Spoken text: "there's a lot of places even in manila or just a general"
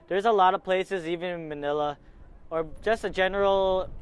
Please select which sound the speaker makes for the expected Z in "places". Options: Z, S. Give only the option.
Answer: Z